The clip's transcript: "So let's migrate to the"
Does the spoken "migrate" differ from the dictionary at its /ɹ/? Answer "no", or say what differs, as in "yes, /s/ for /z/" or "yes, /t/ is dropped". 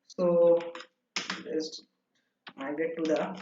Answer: yes, /ɹ/ is dropped